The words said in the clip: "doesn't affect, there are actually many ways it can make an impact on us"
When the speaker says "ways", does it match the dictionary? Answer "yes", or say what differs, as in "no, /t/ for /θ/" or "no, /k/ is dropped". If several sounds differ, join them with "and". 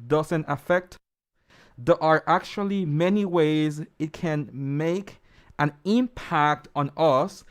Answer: yes